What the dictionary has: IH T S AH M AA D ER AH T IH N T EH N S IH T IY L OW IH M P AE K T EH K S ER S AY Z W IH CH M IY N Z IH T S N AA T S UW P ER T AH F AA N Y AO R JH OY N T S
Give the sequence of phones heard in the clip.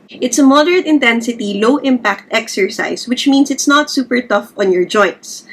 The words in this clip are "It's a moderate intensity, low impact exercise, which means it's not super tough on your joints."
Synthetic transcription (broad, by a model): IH T S AH M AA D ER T IH N T EH N S IH T IY L OW IH M P AE K T EH K S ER S AY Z W IH CH M IY N S IH T S N AA T S UW P ER T AH F AA N Y AO R JH OY N T S